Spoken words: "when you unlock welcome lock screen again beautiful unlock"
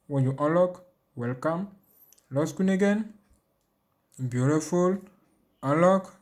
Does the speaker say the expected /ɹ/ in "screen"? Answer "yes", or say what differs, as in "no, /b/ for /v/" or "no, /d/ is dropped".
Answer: no, /ɹ/ is dropped